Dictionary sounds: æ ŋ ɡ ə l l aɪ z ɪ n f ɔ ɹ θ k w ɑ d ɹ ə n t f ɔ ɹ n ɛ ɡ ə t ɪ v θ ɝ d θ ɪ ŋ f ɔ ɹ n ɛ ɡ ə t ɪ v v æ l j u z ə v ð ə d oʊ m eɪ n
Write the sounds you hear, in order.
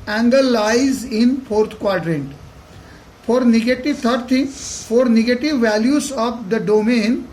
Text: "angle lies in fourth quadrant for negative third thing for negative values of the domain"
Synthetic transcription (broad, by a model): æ ŋ ɡ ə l l aɪ z ɪ n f ɔ ɹ t k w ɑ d ɹ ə n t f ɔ ɹ n ɛ ɡ ə t ɪ v t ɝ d t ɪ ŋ f ɔ ɹ n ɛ ɡ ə t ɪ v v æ l j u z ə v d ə d oʊ m eɪ n